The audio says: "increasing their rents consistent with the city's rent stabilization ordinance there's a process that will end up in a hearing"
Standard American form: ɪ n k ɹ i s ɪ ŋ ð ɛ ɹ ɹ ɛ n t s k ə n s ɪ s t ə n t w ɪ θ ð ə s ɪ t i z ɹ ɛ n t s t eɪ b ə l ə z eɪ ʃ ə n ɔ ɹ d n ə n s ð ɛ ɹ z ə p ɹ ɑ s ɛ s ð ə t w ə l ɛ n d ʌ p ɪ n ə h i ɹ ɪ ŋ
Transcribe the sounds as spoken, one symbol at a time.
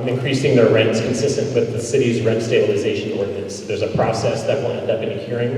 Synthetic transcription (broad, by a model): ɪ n k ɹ i s ɪ ŋ ð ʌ ɹ ɹ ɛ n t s k ə n s ɪ s t ə n t w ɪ ð ə s ɪ t i z ɹ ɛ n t s t eɪ b ə l ə z eɪ ʃ ə n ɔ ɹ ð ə s ð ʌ ɹ z ə p ɹ ɑ s ɛ s ð ə t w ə n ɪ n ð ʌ b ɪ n ə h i ɹ ɪ ŋ